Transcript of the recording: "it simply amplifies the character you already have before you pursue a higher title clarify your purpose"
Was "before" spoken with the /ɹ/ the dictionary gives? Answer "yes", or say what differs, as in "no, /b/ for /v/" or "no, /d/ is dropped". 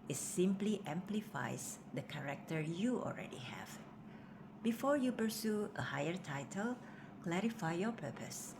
yes